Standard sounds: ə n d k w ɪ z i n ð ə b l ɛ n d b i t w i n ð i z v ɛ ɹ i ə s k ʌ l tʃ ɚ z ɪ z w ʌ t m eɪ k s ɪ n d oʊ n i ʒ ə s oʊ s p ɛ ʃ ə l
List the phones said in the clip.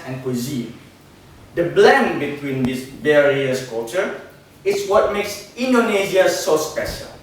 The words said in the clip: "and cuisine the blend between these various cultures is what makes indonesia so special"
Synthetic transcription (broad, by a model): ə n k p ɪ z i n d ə b l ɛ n b i t w i n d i s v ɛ ɹ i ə s k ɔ tʃ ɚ ɪ s w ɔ t m eɪ k s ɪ n d oʊ n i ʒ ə s oʊ s p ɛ ʃ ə l